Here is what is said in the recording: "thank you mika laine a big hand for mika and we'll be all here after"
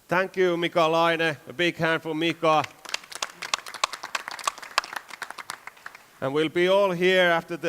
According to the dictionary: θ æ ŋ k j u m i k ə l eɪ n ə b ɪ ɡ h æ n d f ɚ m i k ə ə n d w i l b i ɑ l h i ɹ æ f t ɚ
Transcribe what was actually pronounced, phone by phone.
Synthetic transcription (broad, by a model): θ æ ŋ k j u m i k ə l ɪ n ə b ɪ ɡ h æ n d f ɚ m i k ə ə n w i l b i ɑ l h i ɹ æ f t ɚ